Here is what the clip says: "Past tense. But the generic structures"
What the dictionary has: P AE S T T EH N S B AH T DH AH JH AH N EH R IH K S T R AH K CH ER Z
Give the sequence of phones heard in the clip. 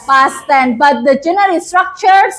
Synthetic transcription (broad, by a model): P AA S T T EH N B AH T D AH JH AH N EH R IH S T R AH K CH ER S